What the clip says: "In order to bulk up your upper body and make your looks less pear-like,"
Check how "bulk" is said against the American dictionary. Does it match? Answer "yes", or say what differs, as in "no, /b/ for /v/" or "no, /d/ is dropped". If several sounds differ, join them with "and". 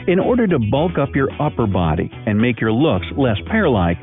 yes